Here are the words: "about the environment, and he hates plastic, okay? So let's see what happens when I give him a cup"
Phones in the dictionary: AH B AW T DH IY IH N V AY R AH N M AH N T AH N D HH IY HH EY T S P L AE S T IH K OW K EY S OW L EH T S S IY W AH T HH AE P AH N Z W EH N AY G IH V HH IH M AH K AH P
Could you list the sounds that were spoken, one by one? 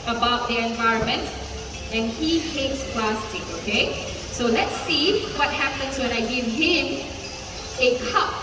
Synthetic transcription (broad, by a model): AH B AW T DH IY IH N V AY R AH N M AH N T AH N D HH IY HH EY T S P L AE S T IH OW K EY S OW L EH T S S IY W AH T HH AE P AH N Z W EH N AY G IH V HH IH M AH K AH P